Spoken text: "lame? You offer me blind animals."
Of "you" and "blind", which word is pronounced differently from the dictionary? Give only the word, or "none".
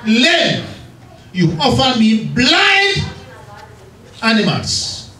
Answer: blind